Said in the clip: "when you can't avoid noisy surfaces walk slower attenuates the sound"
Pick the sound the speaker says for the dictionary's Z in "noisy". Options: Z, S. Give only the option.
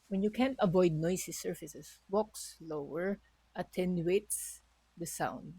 S